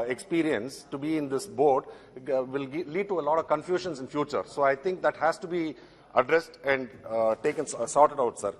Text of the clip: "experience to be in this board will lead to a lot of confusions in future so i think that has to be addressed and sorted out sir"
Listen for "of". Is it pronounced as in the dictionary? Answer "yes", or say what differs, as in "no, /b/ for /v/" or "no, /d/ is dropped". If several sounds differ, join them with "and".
yes